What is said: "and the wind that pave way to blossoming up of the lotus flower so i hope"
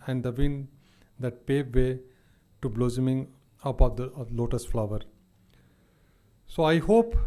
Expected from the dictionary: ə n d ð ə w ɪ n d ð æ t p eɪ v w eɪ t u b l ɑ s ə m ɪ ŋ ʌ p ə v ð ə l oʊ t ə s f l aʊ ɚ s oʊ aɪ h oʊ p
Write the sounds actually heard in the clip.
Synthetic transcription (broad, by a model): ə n d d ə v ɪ n d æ t p eɪ v eɪ t u b l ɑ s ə m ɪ ŋ ʌ p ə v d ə l oʊ t ə s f l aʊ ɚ s oʊ aɪ h oʊ p